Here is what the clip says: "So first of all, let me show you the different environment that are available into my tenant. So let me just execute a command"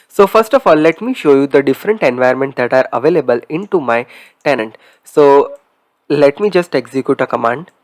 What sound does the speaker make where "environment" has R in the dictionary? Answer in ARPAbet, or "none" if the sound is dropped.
none